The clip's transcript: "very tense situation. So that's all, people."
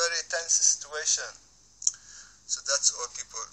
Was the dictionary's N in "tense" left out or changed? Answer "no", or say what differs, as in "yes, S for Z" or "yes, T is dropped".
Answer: no